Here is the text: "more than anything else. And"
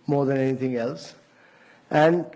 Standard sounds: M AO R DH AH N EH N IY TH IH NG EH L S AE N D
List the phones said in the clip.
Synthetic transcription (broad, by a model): M AO R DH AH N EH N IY T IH NG EH L S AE N D